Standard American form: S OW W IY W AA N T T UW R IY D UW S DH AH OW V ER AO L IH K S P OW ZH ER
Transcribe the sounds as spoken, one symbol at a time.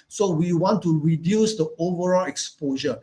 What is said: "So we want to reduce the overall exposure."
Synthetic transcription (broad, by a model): S OW W IY W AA N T T UW R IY D UW S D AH OW V ER AO L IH K S P OW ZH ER